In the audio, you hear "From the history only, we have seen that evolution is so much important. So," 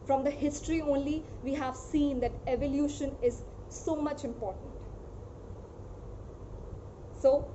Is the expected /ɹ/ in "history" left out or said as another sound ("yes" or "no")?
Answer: no